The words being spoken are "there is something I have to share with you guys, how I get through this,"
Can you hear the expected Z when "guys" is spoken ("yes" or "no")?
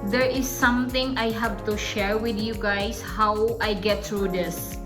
no